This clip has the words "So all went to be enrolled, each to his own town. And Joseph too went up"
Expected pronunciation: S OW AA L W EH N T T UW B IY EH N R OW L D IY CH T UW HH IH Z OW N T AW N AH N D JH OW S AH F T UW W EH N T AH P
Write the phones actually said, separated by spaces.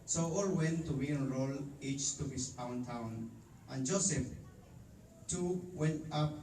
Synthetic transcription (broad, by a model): S OW AA L W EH N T T UW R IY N R OW L IY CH T UW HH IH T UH N T AW N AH N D JH OW S AH F T UW W EH N T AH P